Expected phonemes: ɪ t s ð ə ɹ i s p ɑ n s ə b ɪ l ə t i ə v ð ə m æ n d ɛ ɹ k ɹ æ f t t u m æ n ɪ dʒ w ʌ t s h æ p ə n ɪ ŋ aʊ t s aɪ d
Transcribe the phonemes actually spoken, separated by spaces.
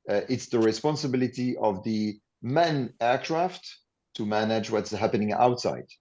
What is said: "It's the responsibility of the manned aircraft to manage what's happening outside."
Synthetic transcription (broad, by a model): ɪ t s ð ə ɹ i s p ɑ n s ə b ɪ l ə t i ə v ð ə m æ n ɛ ɹ k ɹ æ f t t u m æ n ɪ dʒ w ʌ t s h æ p ə n ɪ ŋ aʊ t s aɪ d